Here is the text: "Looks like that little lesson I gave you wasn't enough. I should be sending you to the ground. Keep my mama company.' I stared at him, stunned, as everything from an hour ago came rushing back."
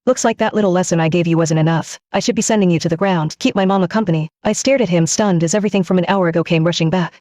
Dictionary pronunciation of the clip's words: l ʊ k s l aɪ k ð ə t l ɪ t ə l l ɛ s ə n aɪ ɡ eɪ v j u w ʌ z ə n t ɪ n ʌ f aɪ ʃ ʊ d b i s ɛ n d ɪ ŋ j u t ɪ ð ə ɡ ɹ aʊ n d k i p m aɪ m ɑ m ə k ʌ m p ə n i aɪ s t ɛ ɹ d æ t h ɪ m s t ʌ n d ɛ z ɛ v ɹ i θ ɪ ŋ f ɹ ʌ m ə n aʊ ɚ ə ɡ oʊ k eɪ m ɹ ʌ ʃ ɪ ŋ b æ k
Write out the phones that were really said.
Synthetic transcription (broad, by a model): l ʊ k s l aɪ k ð ə t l ɪ t l l ɛ s ə n aɪ ɡ eɪ v j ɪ w ʌ z ə n t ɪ n ʌ f aɪ ʃ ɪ d b i s ɛ n d ɪ ŋ j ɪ t ɪ ð ə ɡ ɹ aʊ n d k i p m aɪ m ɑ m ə k ʌ m p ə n i aɪ s t ɛ ɹ d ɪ t h ɪ m s t ʌ n d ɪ z ɛ v ɹ i θ ɪ ŋ f ɹ ʌ m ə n aʊ ɚ ə ɡ oʊ k eɪ m ɹ ʌ ʃ ɪ ŋ b æ k